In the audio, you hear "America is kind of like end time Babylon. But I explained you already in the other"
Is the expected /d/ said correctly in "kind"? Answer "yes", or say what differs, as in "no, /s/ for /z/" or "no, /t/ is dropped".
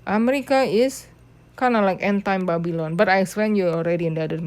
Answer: no, /d/ is dropped